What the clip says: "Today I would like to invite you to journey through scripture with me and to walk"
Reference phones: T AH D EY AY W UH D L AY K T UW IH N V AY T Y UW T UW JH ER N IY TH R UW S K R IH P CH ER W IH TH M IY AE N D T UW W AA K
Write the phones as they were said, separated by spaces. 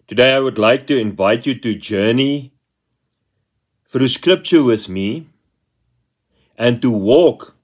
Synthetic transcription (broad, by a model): T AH D EY AY W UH D L AY K T UW IH N V AY T Y UW T UW JH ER N IY F R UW S K R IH P CH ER W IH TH M IY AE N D T UW W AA K